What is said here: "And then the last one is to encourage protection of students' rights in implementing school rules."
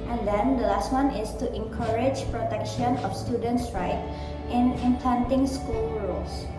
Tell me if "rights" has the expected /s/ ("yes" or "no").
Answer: no